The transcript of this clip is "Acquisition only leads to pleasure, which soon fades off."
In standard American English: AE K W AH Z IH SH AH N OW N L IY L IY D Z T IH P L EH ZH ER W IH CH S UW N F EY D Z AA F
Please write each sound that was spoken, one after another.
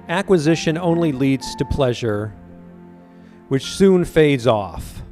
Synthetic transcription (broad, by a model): AE K W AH Z IH SH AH N OW N L IY L IY D Z T IH P L EH ZH ER W IH CH S UW N F EY D Z AA F